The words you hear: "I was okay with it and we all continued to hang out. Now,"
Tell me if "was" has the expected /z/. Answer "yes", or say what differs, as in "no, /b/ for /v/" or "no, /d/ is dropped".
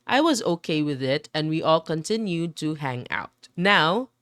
yes